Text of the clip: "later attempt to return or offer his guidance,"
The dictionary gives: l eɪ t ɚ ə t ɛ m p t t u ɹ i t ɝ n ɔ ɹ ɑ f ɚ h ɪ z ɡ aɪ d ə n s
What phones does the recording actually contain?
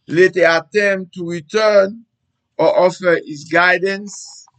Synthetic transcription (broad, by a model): l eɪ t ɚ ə t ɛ m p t t u ɹ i t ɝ n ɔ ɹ ɑ f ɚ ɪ s ɡ aɪ d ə n s